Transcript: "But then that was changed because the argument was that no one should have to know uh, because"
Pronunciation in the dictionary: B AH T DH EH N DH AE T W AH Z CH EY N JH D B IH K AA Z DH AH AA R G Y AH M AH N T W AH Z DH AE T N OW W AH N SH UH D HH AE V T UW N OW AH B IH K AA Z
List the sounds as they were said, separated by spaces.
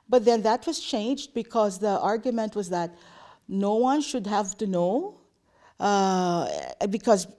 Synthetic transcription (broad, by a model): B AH T DH EH N DH AE T W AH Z CH EY N JH D B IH K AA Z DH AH AA R G Y AH M AH N T W AH Z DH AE T N OW W AH N SH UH D HH AE V T UW N OW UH B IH K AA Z